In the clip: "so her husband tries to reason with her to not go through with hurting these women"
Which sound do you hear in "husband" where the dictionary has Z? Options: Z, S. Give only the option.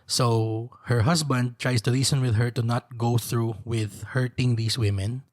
S